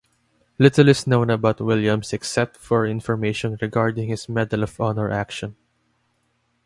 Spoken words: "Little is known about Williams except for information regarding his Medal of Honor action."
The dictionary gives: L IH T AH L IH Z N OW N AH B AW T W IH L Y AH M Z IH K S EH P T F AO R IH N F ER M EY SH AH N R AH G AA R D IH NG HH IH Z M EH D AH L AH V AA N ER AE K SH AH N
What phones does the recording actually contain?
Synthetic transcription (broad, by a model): L IH T AH L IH S N OW N AH B AW T W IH L Y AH M S IH K S EH P T F AO R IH N F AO M EY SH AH N R AH G AA R D IH NG HH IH S M EH D AH L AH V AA N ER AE K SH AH N